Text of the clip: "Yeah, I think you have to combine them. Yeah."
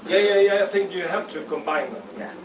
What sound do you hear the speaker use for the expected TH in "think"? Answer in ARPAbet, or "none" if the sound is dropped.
TH